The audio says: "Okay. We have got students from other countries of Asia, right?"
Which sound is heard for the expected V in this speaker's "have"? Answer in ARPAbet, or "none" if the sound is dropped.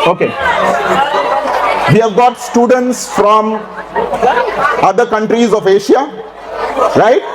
V